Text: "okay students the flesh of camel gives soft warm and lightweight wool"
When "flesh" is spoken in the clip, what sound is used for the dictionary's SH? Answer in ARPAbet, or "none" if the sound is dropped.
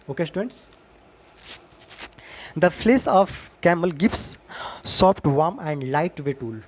S